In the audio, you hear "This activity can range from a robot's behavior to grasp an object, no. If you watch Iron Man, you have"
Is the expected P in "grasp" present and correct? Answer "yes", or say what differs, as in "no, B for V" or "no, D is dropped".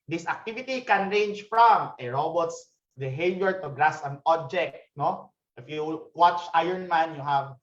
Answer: no, P is dropped